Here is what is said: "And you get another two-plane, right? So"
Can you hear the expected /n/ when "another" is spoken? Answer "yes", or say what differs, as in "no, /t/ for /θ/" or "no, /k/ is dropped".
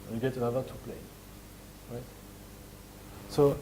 no, /n/ is dropped